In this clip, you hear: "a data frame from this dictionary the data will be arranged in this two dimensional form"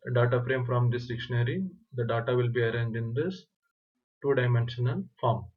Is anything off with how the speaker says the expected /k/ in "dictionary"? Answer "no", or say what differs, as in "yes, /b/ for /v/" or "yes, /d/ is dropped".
no